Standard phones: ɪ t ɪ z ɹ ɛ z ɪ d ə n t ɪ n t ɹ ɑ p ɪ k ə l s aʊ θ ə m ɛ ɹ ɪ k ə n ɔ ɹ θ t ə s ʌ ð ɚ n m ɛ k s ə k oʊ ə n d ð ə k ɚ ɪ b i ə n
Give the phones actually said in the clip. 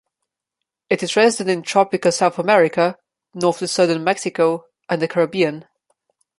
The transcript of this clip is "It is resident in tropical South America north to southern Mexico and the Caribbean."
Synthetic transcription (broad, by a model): ɪ t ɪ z ɹ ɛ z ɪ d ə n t ɪ n t ɹ ɑ p ɪ k ə l s aʊ θ ə m ɛ ɹ ɪ k ə n ɔ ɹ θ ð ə s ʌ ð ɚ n m ɛ k s ə k oʊ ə n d ð ə k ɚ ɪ b i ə n